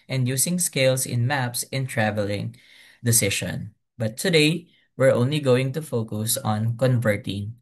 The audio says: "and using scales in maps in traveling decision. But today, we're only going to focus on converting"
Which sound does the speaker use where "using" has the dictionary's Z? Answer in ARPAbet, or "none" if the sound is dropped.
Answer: S